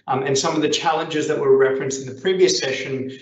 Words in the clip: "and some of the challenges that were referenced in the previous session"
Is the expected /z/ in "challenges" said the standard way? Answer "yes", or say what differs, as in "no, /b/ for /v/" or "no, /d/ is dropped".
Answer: yes